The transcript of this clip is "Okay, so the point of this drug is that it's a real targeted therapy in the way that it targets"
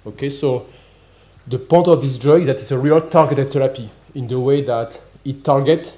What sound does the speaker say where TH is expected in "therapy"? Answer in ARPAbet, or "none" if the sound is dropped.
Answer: T